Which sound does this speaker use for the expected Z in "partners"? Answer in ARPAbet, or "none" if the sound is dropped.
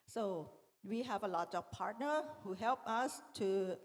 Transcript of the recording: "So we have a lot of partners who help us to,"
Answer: none